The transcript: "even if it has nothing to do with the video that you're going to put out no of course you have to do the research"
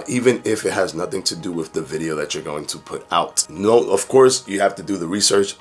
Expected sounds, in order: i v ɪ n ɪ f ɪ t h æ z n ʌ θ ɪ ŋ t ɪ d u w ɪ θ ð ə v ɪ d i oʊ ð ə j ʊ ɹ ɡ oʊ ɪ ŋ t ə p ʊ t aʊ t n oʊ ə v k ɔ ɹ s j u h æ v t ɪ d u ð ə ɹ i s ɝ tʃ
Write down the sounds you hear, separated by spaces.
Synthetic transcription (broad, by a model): i v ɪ n ɪ f ɪ t h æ z n ʌ θ ɪ ŋ t ɪ d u w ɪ ð ə v ɪ d i oʊ ð ə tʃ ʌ ɹ ɡ oʊ ɪ ŋ t ə p ʊ t aʊ t n oʊ ə v k ɔ ɹ s j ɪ h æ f t ɪ d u ð ə ɹ i s ɝ tʃ